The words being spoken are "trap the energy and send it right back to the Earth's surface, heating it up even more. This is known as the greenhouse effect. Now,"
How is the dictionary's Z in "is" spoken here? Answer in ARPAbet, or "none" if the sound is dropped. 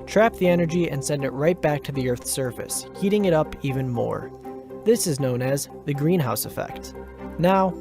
Z